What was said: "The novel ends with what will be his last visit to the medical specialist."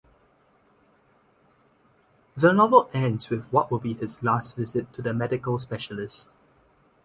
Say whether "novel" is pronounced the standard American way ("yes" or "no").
yes